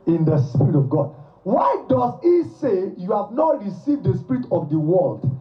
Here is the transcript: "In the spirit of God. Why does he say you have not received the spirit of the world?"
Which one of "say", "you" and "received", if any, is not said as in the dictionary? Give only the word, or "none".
none